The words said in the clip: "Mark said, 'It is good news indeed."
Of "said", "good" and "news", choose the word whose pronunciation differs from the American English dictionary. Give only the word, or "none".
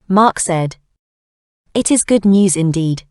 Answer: none